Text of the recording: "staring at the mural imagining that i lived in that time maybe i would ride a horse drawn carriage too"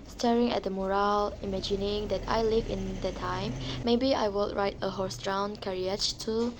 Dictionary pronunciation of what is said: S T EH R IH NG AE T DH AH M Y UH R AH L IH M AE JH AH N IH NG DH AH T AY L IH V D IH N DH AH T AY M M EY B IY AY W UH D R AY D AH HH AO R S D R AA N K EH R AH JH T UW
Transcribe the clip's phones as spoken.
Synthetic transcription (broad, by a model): S T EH R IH NG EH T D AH M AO R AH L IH M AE JH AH N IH NG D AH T AY L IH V IH N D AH T AY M M EY B IY AY W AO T R AY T AH HH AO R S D R AA N K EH R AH CH T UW